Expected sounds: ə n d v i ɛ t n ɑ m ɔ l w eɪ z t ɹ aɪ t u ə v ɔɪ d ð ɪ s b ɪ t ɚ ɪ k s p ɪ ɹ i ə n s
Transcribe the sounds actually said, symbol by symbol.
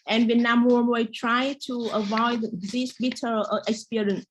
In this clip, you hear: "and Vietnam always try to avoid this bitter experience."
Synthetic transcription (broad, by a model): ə n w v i n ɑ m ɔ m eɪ t ɹ aɪ t u ə v ɔɪ d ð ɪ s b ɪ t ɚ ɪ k s p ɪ ɹ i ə n s